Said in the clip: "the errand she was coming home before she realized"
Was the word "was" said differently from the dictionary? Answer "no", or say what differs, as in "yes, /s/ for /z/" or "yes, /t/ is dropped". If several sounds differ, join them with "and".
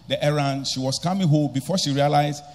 yes, /s/ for /z/